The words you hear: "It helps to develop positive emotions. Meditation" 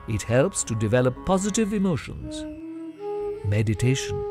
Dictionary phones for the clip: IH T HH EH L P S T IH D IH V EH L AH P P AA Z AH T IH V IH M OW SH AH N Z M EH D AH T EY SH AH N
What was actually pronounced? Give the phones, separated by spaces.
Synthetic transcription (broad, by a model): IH T HH EH L P S T IH D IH V EH L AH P P AA Z AH T IH V IH M OW SH AH N Z M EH D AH T EY SH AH N